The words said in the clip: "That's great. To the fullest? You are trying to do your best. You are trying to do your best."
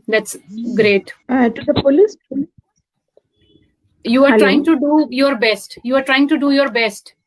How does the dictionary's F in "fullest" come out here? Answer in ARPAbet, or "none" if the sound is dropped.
P